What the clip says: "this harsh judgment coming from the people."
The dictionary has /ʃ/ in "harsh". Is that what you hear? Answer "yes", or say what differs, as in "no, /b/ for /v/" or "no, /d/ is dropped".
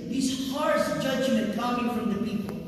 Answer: no, /s/ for /ʃ/